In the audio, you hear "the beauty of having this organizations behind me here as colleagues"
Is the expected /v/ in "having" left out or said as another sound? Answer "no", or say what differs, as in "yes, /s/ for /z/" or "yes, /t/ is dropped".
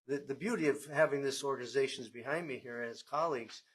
no